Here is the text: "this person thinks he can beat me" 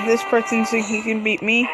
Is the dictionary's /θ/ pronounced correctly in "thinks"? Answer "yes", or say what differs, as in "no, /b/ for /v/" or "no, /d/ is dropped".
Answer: no, /s/ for /θ/